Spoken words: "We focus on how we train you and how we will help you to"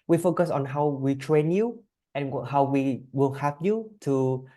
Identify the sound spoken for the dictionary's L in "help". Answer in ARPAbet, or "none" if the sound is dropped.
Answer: none